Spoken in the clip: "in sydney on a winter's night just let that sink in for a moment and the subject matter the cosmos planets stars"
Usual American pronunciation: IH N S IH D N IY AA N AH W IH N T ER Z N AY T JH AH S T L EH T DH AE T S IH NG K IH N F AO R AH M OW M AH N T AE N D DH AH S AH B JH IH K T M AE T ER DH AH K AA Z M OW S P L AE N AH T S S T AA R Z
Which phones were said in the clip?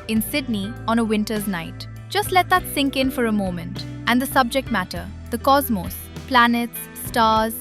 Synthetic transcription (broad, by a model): IH N S IH D N IY AA N AH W IH N T ER Z N AY T JH AH S T L EH T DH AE T S IH NG K IH N F AO R AH M OW M AH N T AE N D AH S AH B JH IH K T M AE T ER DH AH K AA Z M OW S P L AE N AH T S S T AA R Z